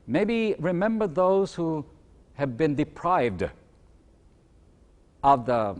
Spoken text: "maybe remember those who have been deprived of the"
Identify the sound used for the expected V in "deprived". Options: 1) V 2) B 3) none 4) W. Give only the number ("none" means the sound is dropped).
1